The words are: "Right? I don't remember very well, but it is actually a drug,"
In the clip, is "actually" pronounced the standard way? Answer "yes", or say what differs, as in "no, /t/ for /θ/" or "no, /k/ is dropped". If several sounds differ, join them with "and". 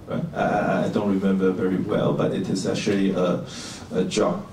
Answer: yes